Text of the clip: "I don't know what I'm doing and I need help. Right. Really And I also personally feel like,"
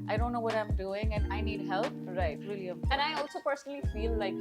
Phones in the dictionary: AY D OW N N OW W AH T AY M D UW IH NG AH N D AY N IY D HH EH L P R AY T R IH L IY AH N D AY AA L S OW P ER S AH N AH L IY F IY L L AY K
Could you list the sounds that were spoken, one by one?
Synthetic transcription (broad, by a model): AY D OW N N OW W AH T AY M D UW IH NG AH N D AY N IY D HH EH L P R AY T W IH L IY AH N AY AA L S OW P ER S AH N AH L IY F IY L L AY K